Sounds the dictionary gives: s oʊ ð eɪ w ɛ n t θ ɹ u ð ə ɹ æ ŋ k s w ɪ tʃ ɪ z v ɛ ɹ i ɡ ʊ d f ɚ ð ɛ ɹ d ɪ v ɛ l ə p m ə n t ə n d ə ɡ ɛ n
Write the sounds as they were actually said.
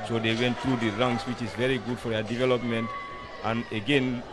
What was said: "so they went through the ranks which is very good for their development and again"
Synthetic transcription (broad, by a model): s oʊ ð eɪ w ɛ n t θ ɹ u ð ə ɹ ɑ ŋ s w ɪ tʃ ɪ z v ɛ ɹ i ɡ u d f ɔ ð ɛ d ɪ v ɛ l ə p m ə n t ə n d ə ɡ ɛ n